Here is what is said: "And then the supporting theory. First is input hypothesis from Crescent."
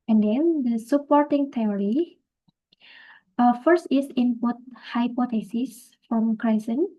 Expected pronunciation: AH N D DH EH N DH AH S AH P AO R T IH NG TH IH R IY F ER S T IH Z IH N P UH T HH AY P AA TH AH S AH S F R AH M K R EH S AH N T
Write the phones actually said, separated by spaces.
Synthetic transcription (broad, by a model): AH N D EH N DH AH S AH P AO R T IH NG T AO R IY F ER S T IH S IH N P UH T HH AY P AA T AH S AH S F R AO M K R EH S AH N